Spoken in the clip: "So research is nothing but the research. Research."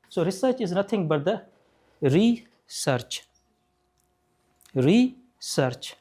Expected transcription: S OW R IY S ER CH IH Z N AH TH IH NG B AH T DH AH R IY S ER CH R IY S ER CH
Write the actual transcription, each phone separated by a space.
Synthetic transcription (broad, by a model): S OW R IY S ER CH IH Z N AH T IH NG B AH T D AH R IY S ER CH R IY S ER CH